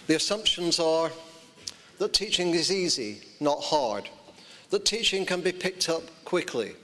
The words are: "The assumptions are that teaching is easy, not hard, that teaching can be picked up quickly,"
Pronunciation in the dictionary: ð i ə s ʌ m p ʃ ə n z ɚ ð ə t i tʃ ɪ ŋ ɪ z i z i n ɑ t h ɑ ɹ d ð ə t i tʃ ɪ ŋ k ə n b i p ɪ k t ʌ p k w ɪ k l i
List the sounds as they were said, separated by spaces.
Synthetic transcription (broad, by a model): ð i ə s ʌ m p ʃ ə n z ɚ ð ə t i tʃ ɪ ŋ ɪ z i z i n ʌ t h ɑ ɹ d ð ə t i tʃ ɪ ŋ k ə n b i p ɪ k t ʌ p k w ɪ k l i